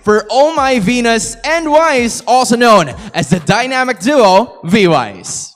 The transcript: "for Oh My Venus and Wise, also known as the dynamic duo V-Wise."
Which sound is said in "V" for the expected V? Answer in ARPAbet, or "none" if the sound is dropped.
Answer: V